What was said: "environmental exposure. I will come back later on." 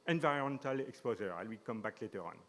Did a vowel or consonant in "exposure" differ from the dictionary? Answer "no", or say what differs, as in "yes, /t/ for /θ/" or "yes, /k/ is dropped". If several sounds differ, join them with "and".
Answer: yes, /z/ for /ʒ/